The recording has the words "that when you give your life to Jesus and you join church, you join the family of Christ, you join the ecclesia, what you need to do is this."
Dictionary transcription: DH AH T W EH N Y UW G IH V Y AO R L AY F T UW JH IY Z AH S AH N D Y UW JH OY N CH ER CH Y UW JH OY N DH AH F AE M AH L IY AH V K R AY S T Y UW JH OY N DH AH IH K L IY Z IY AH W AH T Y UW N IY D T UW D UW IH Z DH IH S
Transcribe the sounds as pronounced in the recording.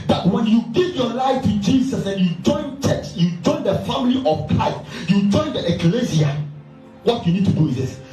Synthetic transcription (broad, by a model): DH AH T W EH N Y UW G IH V Y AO L AY F T UW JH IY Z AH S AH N Y UW JH OY N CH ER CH Y UW JH OY N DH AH F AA M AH L IY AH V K AY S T Y UW JH OY N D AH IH K L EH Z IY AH W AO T Y UW N IY D T UW D UW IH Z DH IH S